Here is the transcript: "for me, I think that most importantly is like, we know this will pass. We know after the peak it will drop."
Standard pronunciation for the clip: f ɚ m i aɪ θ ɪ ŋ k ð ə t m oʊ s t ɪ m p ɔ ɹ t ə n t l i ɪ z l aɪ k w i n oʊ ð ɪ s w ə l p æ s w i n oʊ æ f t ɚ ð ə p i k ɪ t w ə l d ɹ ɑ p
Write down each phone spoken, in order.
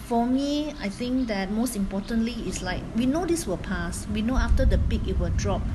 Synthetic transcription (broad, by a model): f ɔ m i aɪ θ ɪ ŋ k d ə t m oʊ s t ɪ m p ɔ t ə n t l i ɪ s l aɪ k w i n oʊ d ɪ s w ə l p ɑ s w i n oʊ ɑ f t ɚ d ə p i k ɪ t w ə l d ɹ ɑ p